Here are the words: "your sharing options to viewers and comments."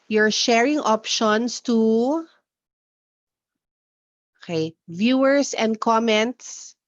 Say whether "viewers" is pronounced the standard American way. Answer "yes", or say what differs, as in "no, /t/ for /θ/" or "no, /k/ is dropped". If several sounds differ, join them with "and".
no, /s/ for /z/